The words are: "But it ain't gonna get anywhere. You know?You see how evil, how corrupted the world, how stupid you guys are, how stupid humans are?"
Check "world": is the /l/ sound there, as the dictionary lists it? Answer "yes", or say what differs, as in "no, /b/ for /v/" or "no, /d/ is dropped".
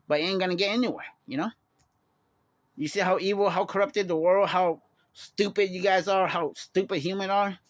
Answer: yes